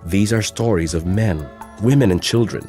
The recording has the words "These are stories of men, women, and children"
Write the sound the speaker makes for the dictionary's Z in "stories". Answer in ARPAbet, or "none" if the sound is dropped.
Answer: Z